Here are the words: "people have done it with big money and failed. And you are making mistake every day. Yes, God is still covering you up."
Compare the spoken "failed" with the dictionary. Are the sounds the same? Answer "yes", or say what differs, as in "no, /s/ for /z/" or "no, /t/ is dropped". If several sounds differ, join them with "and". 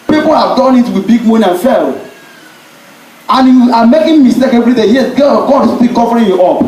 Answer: no, /d/ is dropped